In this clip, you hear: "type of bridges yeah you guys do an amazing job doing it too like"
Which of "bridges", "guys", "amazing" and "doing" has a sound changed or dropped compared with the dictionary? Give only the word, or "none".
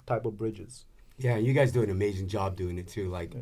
none